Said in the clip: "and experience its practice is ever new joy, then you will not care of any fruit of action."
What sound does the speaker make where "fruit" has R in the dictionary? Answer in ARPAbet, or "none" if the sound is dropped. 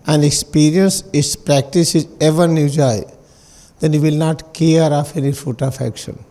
none